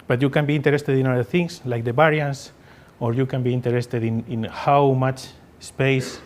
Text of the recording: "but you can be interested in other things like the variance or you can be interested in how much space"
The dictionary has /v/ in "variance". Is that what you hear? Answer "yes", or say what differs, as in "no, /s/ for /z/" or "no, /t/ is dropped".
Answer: no, /b/ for /v/